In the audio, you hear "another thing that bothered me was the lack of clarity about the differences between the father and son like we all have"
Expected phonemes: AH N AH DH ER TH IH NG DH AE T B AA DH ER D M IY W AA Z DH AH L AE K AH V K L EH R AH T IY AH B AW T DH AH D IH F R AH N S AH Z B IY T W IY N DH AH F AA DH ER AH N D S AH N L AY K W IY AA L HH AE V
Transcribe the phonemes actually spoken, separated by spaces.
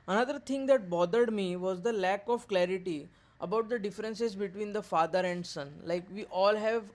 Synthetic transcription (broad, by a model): AH N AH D ER T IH NG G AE T B AA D ER D M IY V AA Z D AH L AE K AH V K L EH R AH T IY AH B AW T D AH D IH F R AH N S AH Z B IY T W IY N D AH F AA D ER AH N D S AH N L AY K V IY AA L HH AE V